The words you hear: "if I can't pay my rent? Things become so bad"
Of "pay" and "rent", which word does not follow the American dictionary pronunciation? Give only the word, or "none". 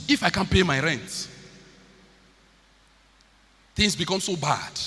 none